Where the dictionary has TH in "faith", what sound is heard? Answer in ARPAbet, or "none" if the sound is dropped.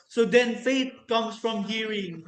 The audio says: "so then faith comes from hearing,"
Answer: T